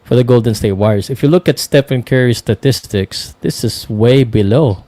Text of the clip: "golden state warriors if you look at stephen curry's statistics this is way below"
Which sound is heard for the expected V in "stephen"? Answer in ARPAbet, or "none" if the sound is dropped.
P